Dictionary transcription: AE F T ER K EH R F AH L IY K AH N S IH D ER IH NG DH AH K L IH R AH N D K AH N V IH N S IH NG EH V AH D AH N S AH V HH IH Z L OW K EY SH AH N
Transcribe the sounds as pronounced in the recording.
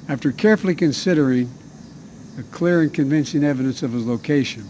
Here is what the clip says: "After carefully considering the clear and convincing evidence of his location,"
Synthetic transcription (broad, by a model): AE F T ER K EH R F L IY K AH N S IH D ER IH NG DH AH K L IH R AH N K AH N V IH N S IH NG EH V AH D AH N S AH V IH Z L OW K EY SH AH N